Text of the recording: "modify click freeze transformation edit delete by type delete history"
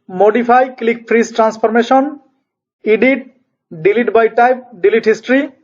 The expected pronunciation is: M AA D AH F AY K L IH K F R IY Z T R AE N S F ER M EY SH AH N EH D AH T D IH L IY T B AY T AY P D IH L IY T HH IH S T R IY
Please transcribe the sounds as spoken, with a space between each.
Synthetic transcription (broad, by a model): M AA D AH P AY K L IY K P R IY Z T R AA N S P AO M EY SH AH N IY D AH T D IH L IY T B AY T AY P D IH L IY T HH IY S T R IY